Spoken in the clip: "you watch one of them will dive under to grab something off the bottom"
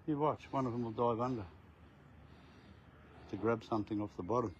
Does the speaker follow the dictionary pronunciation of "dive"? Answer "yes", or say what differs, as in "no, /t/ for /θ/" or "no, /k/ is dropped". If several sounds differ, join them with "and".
yes